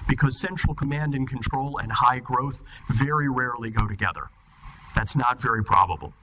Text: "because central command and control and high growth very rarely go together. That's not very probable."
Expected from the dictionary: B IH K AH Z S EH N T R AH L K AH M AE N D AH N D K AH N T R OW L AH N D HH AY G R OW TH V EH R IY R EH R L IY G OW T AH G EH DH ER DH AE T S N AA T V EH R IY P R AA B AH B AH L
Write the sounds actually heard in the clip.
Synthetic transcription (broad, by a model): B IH K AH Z S EH N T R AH L K AH M AE N D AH N K AH N T R OW L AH N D HH AY G R OW TH V EH R IY R EH R L IY G OW T AH G EH DH ER DH AE T S N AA T V EH R IY P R AA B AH B L